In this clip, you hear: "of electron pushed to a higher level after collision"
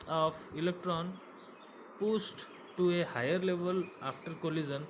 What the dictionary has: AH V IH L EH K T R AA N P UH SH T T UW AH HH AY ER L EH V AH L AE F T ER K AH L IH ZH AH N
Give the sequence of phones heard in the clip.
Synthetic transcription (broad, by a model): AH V IH L EH K T R AA N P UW S T T UW AH HH AY ER L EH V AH L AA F T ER K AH L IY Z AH N